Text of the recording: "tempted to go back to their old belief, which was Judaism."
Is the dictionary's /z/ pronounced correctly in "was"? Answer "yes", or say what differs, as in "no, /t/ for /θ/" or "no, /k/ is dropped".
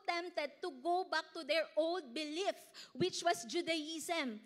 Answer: no, /s/ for /z/